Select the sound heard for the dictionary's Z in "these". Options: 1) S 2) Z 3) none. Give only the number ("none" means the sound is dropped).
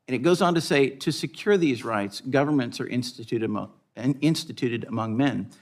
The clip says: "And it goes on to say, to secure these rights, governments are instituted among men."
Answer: 2